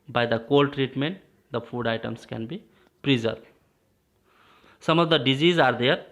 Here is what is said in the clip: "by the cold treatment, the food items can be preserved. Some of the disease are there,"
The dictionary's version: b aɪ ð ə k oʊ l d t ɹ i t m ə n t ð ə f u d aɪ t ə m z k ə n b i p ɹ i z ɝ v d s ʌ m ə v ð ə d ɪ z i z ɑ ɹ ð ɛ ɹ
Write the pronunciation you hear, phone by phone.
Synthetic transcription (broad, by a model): b aɪ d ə k oʊ l d t ɹ i t m ə n t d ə f u d aɪ t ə m s k ə n b i p ɹ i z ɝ d s ʌ m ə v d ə d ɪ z i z ɑ ɹ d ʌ ɹ